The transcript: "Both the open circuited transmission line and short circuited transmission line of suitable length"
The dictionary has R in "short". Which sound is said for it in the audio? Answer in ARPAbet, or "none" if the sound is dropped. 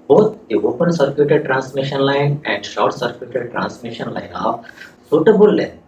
W